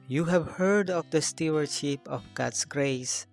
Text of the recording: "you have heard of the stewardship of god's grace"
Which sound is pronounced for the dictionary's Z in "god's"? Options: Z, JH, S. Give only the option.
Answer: S